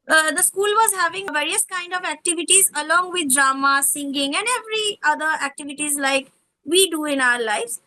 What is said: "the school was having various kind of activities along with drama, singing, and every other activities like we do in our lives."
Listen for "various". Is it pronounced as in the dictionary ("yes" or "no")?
yes